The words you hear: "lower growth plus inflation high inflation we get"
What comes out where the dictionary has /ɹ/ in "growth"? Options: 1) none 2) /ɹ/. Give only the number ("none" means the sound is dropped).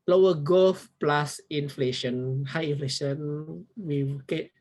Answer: 1